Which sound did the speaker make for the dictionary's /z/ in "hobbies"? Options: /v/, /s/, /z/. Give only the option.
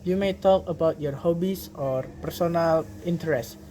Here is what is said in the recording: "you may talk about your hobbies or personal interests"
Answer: /s/